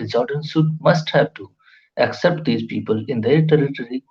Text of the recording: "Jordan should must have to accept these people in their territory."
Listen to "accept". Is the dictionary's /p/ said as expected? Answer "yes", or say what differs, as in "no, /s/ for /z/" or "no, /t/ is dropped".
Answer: yes